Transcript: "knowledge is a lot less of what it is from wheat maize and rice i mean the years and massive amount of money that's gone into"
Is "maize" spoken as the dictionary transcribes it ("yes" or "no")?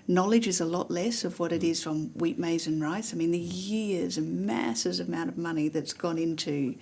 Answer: yes